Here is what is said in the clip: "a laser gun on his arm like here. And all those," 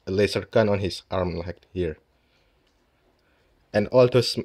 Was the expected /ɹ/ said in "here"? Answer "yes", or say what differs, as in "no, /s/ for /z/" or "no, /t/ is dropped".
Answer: yes